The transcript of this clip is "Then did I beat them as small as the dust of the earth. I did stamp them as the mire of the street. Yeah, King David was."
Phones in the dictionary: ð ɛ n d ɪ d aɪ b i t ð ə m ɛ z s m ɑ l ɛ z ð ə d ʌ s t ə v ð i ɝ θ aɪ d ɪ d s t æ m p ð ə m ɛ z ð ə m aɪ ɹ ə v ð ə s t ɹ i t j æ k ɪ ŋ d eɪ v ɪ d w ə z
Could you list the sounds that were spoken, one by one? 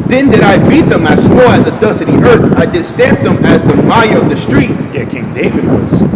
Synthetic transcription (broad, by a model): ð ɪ n d ɪ d aɪ b i t ð ə m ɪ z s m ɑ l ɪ z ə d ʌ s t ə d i ɝ θ aɪ d ɪ d s t æ m p ð ə m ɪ z ð ə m aɪ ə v ð ə s t ɹ i t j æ k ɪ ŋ d eɪ v ɪ d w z